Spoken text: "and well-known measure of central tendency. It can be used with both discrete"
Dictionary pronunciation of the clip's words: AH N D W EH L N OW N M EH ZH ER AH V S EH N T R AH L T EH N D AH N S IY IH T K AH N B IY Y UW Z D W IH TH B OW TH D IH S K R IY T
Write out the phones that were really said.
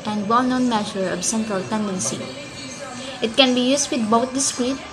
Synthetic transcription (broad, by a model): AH N D W EH L N OW N M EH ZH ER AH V S EH N T R AH L T EH N D AH N S IY IH T K AH N B IY Y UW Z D W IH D B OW T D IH S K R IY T